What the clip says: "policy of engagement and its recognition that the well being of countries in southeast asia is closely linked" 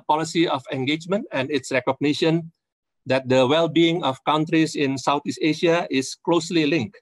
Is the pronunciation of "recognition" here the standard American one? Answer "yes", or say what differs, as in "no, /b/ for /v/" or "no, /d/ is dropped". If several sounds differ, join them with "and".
yes